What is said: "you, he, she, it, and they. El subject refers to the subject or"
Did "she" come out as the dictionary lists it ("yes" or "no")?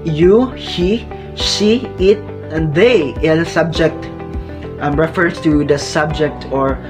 no